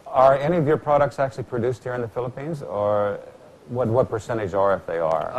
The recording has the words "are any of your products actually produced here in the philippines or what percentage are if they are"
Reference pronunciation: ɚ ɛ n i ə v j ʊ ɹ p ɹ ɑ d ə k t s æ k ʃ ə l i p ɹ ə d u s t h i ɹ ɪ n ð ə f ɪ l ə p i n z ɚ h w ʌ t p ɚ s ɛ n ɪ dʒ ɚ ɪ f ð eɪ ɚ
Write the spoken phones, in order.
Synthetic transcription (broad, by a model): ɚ ɛ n i ə v j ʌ ɹ p ɹ ɑ d ə k t s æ k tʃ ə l i p ɹ ə d u s t h i ɹ ɪ n ð ə f ɪ l ə p i n z ɚ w w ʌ t p ɚ s ɛ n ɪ dʒ ɚ ɪ f ð eɪ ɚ